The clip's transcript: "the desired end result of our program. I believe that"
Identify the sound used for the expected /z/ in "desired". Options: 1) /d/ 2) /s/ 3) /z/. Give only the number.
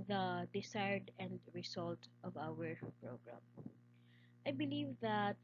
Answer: 2